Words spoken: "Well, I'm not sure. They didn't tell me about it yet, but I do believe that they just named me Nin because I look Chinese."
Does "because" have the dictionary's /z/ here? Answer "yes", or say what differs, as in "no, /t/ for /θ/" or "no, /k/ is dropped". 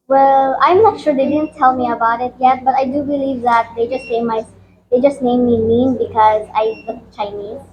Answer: yes